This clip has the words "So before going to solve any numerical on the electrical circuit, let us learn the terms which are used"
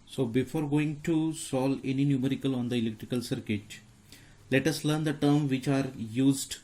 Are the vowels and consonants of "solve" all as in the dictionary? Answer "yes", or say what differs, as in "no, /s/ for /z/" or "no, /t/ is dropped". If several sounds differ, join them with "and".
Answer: no, /v/ is dropped